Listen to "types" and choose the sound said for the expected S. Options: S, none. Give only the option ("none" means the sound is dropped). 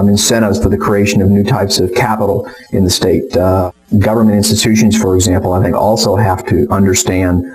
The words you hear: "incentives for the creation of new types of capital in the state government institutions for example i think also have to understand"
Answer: S